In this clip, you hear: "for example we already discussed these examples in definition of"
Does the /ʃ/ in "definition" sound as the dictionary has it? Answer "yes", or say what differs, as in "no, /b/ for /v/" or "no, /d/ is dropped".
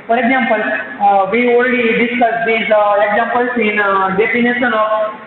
no, /s/ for /ʃ/